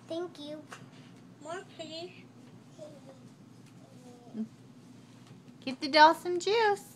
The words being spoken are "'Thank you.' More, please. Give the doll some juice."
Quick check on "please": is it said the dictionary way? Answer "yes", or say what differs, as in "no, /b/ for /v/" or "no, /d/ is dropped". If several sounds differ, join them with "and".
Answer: no, /z/ is dropped